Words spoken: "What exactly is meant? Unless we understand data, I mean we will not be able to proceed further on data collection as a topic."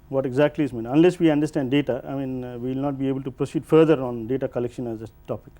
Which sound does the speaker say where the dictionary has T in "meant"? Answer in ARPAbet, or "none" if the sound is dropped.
none